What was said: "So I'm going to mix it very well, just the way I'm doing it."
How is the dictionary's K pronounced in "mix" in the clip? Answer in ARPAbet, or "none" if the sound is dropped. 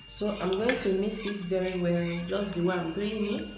none